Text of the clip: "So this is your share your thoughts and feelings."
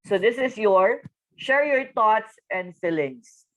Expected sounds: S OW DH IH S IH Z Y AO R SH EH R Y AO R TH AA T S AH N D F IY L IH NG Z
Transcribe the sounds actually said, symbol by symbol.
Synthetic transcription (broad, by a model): S OW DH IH S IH S Y AO R SH EH R Y AO R T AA T S AH N D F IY L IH NG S